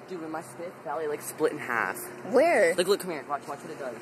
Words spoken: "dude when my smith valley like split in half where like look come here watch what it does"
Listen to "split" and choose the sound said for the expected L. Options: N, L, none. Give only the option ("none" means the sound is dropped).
L